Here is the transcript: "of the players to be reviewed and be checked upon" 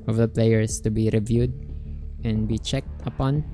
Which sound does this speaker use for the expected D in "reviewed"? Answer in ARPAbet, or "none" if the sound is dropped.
D